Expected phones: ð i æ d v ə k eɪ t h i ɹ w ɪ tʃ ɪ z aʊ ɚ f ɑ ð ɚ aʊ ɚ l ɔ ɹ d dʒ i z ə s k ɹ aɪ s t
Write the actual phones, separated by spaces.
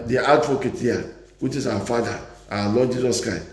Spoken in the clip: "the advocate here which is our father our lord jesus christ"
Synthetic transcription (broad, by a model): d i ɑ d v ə k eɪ t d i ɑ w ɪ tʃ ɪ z aʊ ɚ f ɑ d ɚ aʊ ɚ l ɔ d dʒ i z ə s k ɹ aɪ s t